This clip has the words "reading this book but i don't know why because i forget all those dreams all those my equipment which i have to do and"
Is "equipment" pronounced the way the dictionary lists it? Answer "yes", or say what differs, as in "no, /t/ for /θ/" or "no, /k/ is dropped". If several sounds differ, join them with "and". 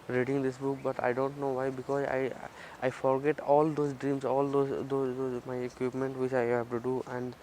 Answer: yes